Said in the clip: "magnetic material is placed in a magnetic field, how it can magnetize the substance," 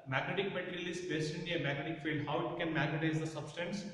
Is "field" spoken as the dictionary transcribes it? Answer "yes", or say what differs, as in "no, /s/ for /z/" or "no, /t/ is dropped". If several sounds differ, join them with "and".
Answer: yes